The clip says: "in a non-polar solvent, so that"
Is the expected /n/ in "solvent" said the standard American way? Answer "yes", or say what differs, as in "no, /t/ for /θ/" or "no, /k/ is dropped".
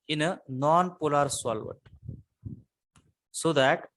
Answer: no, /n/ is dropped